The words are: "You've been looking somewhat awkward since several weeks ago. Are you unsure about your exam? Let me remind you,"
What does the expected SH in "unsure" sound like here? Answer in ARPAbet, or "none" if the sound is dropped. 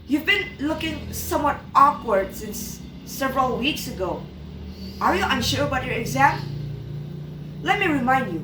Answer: SH